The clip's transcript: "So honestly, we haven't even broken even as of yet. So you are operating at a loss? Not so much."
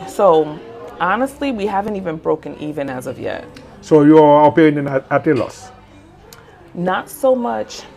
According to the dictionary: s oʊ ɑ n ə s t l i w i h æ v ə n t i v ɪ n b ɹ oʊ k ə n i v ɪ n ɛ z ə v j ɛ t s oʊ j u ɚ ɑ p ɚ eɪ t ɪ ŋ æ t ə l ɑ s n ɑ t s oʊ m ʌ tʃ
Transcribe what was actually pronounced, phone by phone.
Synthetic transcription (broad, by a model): s oʊ ɑ n ə s t l i w i h æ v ə n t i v ɪ n b ɹ oʊ k ə n i v ɪ n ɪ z ə v j ɛ t s oʊ j u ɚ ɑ p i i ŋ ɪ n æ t ə l ɑ s n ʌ t s oʊ m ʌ tʃ